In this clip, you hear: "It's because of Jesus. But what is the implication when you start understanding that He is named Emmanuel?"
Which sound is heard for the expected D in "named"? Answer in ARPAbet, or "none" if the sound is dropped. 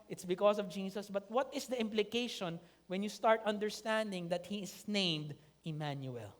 D